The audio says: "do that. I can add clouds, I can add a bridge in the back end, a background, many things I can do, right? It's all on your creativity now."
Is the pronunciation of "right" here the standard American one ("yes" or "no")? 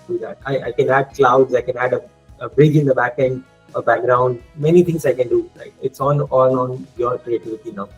no